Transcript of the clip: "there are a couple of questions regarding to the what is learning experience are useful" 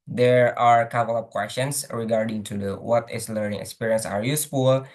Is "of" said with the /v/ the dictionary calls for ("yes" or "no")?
no